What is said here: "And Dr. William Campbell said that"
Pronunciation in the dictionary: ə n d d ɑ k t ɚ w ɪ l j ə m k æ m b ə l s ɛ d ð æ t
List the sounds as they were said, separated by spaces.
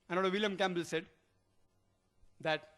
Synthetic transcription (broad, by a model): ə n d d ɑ t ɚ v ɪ l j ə m k æ m b ə l s ɛ d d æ t